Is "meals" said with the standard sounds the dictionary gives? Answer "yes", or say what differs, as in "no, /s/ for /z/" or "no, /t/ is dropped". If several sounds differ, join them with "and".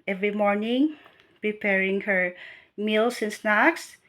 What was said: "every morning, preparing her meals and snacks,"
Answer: no, /s/ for /z/